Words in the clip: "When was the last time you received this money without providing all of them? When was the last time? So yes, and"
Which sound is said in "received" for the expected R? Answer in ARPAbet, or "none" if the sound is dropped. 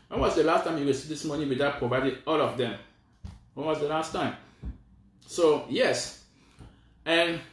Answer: W